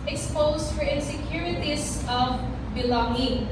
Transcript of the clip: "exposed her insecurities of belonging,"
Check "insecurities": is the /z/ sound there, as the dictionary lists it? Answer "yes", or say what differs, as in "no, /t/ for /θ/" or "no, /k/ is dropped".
no, /s/ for /z/